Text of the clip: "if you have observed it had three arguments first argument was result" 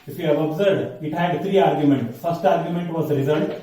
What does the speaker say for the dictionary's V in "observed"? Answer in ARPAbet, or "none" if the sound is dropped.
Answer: none